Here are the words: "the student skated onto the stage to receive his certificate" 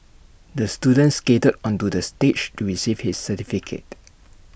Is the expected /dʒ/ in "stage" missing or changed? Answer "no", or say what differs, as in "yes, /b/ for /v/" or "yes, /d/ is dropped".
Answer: yes, /tʃ/ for /dʒ/